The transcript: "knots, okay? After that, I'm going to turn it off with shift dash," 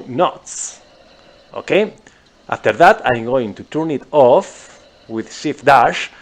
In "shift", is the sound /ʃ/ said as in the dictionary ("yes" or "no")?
no